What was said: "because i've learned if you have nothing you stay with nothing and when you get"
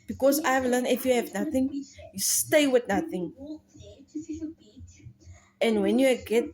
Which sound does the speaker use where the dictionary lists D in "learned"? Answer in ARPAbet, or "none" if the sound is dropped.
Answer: none